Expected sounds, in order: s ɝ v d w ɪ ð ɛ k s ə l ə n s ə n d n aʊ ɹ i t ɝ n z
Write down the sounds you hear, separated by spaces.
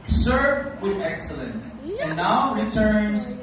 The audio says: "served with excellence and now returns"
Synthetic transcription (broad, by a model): s ɝ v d w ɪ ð ɛ k s ə l ə n s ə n n aʊ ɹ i t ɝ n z